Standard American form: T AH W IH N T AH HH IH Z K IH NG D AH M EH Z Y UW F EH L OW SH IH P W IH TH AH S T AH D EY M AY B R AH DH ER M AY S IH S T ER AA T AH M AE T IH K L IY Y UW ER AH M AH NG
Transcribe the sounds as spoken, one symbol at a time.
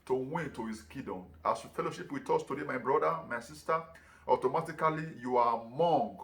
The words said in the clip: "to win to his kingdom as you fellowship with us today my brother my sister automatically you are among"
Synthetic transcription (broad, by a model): T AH W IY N T AH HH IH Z K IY D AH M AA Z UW F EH L OW SH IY P W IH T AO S T AH D EY M AY B R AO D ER M AY S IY S T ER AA T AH M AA T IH K L IY Y UW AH M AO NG